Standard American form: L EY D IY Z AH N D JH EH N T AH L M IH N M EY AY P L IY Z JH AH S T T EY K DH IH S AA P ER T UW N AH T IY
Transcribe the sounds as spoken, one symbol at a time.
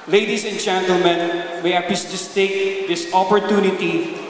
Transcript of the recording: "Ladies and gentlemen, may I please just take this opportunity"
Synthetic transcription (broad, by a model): L EY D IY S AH N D JH EH N T AH L M IH N M EY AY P IY S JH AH S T T EY K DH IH S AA P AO T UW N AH T IY